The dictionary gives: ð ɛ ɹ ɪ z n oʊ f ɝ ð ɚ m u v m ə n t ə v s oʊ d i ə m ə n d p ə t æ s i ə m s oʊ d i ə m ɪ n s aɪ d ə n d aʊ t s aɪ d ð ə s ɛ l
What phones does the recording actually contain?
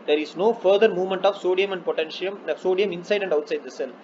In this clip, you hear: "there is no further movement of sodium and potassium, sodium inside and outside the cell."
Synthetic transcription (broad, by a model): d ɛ ɹ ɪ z n oʊ f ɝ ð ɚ m u v m ə n t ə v s oʊ d i ə m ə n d p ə t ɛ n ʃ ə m s oʊ d i ə m ɪ n s aɪ d ə n d aʊ t s aɪ d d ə s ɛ l